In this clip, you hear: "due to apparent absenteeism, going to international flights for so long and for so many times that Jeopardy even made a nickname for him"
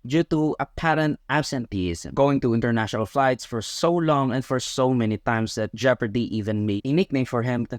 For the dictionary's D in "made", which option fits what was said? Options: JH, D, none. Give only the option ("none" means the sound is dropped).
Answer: none